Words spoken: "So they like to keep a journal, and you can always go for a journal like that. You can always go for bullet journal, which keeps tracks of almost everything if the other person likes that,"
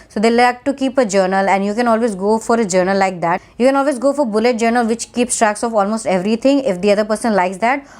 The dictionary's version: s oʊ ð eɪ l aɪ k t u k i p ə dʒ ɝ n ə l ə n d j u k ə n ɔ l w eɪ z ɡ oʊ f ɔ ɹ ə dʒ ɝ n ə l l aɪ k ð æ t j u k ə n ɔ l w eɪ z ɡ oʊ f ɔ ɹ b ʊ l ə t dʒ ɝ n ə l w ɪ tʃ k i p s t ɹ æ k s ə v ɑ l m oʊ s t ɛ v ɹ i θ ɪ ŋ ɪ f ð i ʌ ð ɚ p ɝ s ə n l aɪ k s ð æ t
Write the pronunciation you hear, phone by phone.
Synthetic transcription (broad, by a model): s oʊ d eɪ l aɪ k t u k i p ə dʒ ɝ n ə l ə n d j u k ə n ɔ l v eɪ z ɡ oʊ f ɔ ɹ ə dʒ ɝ n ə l l aɪ k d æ t j u k ə n ɔ l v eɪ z ɡ oʊ f ɔ ɹ b ʊ l ə t dʒ ɝ n ə l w ɪ tʃ k i p s t ɹ æ k s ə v ɑ l m oʊ s t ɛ v ɹ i t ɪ ŋ ɪ f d i ʌ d ɚ p ɝ s ə n l aɪ k s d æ t